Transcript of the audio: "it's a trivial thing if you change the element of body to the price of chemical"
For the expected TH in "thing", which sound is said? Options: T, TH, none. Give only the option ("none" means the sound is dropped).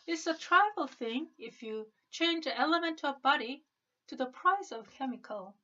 TH